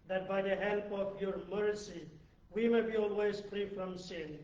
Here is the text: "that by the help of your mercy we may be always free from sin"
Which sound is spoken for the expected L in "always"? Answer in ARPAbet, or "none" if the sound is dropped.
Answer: L